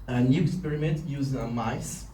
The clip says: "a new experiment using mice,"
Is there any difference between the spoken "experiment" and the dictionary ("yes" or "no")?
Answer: no